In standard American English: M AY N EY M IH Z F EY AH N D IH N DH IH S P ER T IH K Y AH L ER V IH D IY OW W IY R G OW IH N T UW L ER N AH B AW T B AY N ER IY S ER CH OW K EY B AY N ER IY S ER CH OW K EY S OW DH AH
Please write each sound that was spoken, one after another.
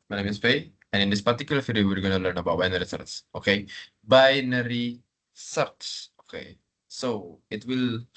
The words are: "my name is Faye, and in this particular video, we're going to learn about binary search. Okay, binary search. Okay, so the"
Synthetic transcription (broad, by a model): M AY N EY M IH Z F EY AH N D IH N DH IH S P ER T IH K Y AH L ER F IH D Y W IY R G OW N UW L ER N AH B AW T B AY N ER IY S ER S OW K EY B AY N ER IY S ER S OW K EY S OW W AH